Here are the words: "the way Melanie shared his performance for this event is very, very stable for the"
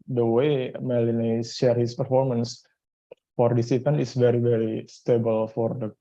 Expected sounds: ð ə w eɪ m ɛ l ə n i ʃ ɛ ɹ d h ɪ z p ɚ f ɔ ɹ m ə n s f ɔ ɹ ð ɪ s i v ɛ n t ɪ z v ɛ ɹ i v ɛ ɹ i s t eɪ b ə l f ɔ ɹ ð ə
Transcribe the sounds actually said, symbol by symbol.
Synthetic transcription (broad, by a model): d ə w eɪ m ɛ l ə n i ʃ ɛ ɹ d h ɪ s p ɚ f ɔ ɹ m ə n s f ɔ ɹ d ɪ s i p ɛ n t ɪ s v ɛ ɹ i v ɛ ɹ i s t eɪ b ə l f ɔ ɹ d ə